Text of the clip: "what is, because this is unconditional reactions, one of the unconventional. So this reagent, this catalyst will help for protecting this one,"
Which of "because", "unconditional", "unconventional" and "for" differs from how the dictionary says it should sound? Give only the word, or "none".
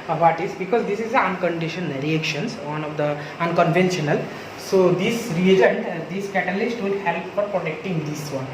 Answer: unconditional